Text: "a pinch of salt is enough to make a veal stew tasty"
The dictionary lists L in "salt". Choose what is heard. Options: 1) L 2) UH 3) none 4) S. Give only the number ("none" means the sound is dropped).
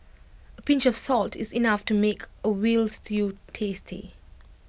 1